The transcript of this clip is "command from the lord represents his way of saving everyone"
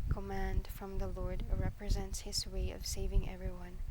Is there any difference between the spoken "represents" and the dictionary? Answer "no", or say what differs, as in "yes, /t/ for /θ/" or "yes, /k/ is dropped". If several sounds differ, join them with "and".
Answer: no